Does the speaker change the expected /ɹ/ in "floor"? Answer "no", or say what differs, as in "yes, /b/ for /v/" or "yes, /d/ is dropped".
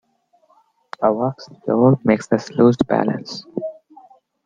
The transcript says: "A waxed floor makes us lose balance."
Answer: yes, /l/ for /ɹ/